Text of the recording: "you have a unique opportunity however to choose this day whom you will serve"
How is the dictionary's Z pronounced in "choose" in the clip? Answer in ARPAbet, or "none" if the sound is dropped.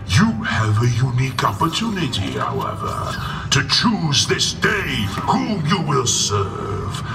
Z